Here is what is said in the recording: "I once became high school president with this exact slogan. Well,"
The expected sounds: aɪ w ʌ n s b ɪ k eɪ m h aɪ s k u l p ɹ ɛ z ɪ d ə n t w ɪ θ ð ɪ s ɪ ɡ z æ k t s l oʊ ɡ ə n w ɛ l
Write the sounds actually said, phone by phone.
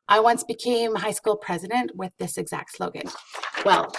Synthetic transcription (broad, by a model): aɪ w ʌ n s b ɪ k eɪ m h aɪ s k u l p ɹ ɛ z ɪ d ə n t w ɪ ð ɪ s ɪ ɡ z æ k t s l oʊ ɡ ə n w ɛ l